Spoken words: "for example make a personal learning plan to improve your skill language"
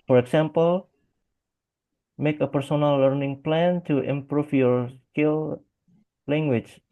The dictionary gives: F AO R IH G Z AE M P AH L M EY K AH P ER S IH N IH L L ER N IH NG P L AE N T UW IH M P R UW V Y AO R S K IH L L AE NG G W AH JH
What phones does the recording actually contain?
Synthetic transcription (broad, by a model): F AO R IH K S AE M P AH L M EY K AH P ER S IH N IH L L ER N IH NG P L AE N T UW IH M P R UW F Y AO R S K IH L L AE NG G W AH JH